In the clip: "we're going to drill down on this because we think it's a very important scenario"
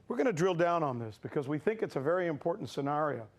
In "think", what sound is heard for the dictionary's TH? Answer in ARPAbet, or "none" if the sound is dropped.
TH